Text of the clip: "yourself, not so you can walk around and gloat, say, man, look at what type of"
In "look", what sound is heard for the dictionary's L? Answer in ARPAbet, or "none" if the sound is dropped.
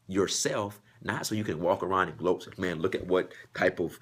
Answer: L